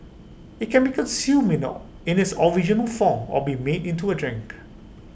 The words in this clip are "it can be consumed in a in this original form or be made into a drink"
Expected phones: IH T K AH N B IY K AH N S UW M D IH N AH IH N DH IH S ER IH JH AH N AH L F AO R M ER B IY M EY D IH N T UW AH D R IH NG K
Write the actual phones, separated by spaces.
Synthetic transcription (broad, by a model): IH T K AH N B IY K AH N S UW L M IH N AH IH N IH S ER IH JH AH N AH L F AO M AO B IY M EY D IH N T UW AH D R IH NG K